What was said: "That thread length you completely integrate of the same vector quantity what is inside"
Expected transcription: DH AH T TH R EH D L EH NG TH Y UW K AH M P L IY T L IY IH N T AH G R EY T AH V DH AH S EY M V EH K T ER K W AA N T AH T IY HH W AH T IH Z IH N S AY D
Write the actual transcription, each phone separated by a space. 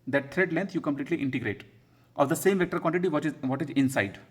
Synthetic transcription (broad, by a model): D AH T T R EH D L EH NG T Y UW K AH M P L IY T L IY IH N T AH G R EY T AH V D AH S EY M V EH K T ER K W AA N T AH T IY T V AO T IH Z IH N S AY D